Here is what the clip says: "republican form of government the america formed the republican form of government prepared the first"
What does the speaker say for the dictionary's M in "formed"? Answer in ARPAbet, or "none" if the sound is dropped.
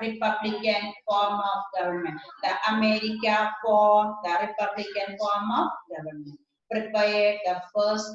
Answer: none